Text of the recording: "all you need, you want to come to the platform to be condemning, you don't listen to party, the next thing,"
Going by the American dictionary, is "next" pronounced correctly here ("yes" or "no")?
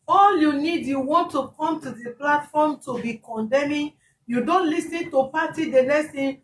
no